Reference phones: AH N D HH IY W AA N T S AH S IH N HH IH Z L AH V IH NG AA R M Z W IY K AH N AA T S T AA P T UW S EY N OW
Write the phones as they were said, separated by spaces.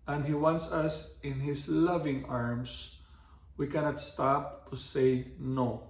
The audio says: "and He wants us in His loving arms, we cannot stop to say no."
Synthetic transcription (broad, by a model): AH N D HH IY W AA N T S AH S IH N HH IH S L AH V IH NG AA R M S W IY K AH N AA T S T AA P T UW S EY N OW